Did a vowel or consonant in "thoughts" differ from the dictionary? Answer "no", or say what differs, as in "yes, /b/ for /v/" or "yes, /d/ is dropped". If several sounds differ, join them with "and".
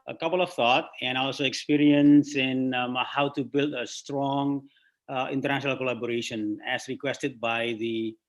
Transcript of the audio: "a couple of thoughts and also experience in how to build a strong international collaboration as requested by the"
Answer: yes, /s/ is dropped